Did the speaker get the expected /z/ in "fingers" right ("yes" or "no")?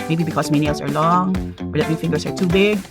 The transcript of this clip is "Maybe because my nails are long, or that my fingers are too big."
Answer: no